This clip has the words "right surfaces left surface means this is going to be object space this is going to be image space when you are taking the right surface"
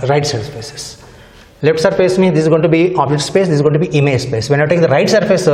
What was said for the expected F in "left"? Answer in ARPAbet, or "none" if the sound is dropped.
none